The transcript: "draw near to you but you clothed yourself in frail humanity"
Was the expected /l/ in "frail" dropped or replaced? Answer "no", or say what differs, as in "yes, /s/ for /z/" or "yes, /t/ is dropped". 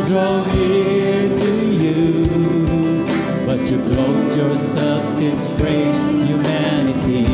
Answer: yes, /n/ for /l/